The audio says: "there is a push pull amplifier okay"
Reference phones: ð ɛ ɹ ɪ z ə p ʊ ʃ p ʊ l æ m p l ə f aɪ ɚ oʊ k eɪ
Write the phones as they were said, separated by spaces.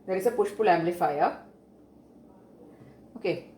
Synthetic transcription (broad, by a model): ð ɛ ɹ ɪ s ə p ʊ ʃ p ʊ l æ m l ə f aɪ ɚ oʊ k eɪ